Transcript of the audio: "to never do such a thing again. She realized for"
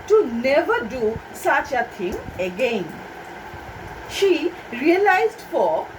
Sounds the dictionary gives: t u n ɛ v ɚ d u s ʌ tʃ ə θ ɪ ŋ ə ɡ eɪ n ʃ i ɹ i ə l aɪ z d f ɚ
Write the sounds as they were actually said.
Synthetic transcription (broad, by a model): t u n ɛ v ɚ d u s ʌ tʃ ə t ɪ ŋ ə ɡ eɪ n ʃ i ɹ i ə l aɪ z d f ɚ